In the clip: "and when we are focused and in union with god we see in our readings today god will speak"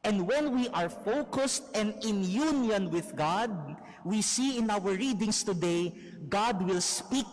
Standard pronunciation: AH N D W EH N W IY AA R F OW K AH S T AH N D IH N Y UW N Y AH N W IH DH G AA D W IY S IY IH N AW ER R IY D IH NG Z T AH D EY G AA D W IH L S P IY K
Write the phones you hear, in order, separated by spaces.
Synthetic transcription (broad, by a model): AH N D W EH N W IY AA R F OW K AH S T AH N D IH N Y UW N Y AH N W IH DH G AA D W IY S IY IH N AW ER R IY D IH NG S T AH D EY G AA D W IH L S P IY K